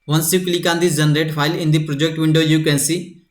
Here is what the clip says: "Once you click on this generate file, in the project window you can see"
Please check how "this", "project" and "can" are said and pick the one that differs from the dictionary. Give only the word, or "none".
this